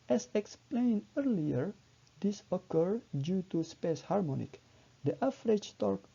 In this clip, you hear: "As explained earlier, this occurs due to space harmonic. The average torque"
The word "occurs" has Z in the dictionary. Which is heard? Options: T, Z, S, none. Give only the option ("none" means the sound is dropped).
none